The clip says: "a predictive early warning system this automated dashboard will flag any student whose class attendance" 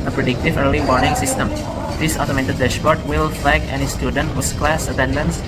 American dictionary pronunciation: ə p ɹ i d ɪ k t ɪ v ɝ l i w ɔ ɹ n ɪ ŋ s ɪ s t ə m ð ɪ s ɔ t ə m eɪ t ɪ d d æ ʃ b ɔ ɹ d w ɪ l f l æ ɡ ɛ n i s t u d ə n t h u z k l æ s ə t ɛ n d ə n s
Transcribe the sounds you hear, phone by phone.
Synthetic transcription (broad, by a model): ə p ɹ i d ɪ k t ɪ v ɝ l i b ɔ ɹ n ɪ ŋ s ɪ s t ə m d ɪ s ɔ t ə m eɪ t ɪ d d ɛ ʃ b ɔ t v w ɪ l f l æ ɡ ɛ n i s t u d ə n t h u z k l æ s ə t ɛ n d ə n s